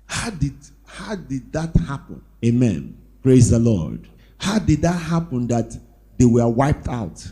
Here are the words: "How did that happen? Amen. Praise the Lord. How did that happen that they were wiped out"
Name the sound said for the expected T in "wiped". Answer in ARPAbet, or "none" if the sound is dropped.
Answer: T